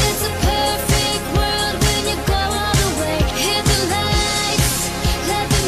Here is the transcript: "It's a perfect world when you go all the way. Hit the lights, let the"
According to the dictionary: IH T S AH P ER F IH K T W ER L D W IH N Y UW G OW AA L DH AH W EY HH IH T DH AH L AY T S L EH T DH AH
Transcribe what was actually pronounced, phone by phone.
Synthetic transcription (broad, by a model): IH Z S AH P ER F IH K T W ER L D W IH N Y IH G OW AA N DH AH W EY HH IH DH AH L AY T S L EH T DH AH